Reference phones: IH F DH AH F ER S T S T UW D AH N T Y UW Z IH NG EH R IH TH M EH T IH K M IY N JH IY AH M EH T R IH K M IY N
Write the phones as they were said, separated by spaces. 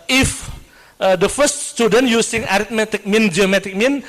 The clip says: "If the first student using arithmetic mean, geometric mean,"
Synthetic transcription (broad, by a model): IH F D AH F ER S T S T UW D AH N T Y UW S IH NG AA R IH T M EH T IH K M IY N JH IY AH M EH T IH K M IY N